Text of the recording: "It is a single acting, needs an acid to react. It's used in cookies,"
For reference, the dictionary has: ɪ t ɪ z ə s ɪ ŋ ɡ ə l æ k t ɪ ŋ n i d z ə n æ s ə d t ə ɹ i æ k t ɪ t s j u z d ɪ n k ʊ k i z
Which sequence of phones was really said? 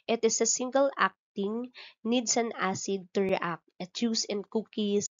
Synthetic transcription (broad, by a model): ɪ t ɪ s ə s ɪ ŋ ɡ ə l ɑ k t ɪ ŋ n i d s ə n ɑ s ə d t ə ɹ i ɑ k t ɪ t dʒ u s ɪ n k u k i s